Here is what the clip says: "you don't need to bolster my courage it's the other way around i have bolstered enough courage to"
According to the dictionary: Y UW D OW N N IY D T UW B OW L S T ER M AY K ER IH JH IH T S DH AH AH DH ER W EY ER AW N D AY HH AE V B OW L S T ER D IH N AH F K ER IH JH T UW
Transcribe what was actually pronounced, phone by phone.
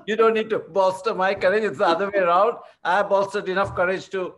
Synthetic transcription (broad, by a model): Y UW D OW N N IY D T UW B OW S T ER M AY K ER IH JH IH T S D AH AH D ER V EY ER AW N D AY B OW S T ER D IH N AH F K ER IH JH T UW